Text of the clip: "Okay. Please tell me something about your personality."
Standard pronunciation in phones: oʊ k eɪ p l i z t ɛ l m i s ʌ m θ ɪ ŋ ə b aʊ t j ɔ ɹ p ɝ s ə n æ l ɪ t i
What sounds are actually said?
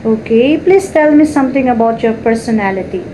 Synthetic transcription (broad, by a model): oʊ k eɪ p l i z t ɛ l m i s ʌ m t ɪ ŋ ə b aʊ t j ɔ ɹ p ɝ s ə n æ l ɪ t i